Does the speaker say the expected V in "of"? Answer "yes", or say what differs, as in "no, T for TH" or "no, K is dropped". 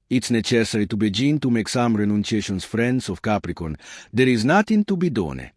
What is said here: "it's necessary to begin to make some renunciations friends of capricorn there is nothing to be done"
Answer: no, F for V